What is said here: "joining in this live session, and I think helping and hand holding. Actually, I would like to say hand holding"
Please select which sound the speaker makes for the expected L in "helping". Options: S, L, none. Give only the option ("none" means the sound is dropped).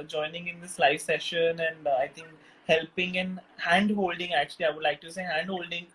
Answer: L